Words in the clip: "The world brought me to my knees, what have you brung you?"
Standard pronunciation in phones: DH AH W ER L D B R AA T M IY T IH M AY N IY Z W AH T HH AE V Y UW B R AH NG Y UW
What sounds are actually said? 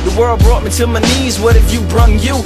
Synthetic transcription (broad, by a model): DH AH W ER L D B R AA T M IY T IH M AY N IY Z W AH T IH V Y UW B R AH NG Y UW